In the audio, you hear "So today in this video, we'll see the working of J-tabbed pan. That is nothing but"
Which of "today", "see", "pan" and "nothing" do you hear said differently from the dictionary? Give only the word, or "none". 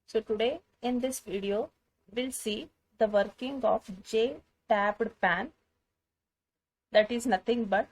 nothing